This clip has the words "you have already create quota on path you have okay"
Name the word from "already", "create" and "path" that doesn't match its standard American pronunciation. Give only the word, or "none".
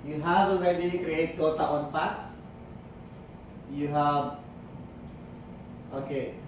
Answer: path